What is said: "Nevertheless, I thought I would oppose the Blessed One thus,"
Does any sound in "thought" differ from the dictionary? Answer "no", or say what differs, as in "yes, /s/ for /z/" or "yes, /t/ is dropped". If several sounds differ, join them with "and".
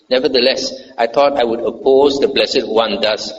yes, /t/ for /θ/